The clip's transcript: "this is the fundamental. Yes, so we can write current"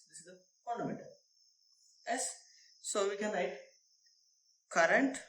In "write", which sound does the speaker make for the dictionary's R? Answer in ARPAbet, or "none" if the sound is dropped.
L